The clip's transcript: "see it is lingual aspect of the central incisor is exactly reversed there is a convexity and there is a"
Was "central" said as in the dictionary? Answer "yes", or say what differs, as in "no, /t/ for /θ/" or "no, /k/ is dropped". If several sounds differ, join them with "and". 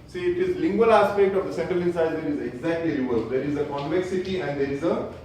yes